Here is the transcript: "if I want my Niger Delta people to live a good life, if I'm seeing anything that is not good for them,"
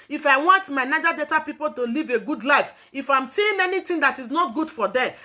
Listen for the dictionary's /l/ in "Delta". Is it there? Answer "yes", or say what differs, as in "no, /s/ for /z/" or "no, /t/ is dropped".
no, /l/ is dropped